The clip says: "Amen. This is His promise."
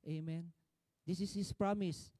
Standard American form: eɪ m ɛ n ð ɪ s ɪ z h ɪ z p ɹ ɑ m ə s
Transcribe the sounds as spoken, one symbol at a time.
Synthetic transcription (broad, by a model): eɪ m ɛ n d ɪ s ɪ s h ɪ s p ɹ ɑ m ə s